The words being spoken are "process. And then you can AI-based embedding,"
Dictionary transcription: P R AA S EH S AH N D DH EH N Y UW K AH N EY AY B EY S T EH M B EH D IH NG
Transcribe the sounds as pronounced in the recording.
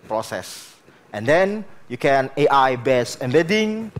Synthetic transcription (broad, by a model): P R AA S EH S AH N D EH N Y UW K AH N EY AY B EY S EH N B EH D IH NG